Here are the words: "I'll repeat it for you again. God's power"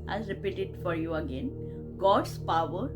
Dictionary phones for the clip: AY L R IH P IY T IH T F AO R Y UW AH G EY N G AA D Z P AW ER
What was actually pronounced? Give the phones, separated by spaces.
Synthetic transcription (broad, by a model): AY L R IH P IY T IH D F AO R Y UW AH G EY N G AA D S P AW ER